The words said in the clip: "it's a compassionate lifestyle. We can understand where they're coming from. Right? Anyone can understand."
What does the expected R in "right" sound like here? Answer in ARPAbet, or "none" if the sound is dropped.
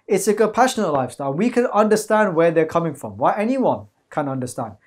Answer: W